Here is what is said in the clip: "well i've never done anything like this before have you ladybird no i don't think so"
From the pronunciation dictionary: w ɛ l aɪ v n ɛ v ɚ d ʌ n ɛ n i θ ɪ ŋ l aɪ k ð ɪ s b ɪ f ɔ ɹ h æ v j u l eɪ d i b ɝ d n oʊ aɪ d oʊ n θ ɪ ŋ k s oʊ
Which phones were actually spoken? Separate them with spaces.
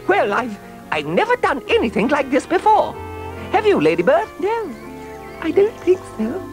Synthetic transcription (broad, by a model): w ɛ l aɪ v n ɛ v ɚ d ʌ n ɛ n i θ ɪ ŋ l aɪ k ð ɪ s b ɪ f ɔ ɹ h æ v j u l eɪ d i b ɝ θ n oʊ aɪ d oʊ n θ ɪ ŋ k s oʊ